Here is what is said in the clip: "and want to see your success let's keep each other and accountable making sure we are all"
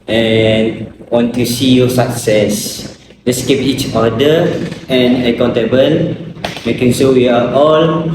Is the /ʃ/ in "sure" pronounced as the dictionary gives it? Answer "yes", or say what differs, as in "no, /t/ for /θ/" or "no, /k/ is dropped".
no, /s/ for /ʃ/